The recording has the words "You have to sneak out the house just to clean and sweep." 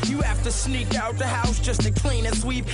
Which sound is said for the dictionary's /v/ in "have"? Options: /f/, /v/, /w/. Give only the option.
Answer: /f/